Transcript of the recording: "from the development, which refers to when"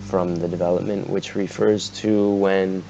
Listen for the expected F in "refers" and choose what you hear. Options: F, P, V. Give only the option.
F